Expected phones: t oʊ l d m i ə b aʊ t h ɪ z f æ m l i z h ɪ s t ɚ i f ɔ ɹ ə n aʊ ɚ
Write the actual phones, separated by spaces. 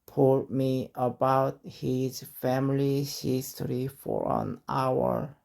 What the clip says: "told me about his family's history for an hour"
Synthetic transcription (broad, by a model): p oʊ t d m i ə b aʊ t h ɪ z f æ m l i h ɪ s t ɚ i f ɔ ɹ ə n aʊ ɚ